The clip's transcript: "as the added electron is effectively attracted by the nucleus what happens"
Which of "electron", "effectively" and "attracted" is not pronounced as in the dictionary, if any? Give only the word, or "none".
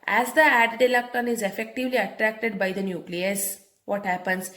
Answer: electron